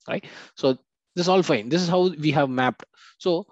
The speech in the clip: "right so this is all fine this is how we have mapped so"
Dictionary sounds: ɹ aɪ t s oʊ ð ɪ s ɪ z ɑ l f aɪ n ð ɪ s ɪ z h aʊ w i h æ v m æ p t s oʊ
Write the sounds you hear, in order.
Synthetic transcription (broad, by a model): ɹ aɪ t s oʊ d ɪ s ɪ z ɑ l f aɪ n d ɪ s ɪ z h aʊ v i h æ v m æ p t s oʊ